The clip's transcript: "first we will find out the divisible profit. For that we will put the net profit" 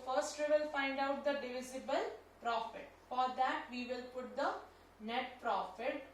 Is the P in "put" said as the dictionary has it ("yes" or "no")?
yes